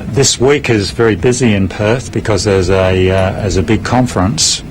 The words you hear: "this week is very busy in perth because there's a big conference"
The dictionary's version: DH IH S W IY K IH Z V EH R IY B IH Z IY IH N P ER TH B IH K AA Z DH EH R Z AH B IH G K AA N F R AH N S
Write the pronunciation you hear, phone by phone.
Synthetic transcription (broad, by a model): DH IH S W IY K IH Z V EH R IY B IH Z IY IH N P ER TH B IH K AA Z DH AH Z Z AH B IH G K AA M F R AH N S